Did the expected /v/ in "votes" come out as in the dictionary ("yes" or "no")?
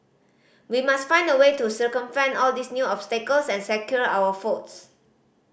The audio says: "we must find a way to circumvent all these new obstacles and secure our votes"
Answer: no